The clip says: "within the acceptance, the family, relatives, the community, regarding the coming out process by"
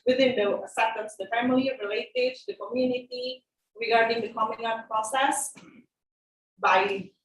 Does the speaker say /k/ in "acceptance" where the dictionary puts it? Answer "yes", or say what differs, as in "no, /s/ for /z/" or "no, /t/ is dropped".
no, /k/ is dropped